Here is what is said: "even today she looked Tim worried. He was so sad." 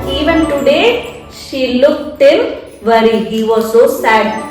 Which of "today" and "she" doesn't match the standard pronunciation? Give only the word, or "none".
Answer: none